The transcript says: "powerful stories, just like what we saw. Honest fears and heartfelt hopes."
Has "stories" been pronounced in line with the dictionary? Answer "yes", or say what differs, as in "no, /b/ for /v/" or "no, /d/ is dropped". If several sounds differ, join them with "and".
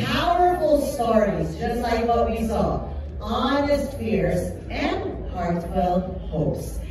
yes